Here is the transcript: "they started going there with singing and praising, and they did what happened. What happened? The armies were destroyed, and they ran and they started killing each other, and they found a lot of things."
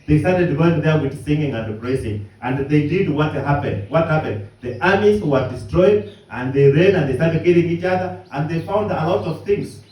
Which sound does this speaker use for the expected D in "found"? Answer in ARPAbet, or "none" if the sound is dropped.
D